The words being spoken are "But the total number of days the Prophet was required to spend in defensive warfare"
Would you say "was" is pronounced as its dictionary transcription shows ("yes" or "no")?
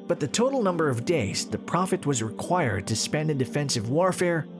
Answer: yes